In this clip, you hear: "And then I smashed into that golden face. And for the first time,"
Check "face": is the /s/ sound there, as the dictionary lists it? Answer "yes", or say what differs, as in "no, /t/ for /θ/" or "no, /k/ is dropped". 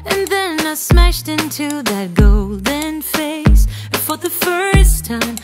no, /s/ is dropped